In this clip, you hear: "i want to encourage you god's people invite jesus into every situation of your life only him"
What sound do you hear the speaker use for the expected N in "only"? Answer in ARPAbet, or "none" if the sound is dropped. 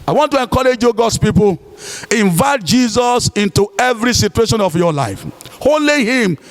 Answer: none